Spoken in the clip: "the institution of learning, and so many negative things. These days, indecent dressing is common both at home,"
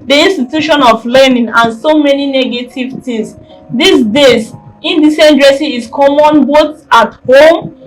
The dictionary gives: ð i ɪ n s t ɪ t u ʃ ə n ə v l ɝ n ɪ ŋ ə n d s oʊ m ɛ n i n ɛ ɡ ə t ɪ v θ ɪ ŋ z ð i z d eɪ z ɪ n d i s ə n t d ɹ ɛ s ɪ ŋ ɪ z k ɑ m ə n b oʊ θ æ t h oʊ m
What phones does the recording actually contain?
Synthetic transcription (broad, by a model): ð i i n s t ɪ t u ʃ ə n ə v l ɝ n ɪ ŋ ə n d s oʊ m ɛ n i n ɛ ɡ ə t ɪ v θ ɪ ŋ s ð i s d eɪ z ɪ n d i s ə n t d ɹ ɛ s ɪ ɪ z k ɑ m ə n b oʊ t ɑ t h oʊ m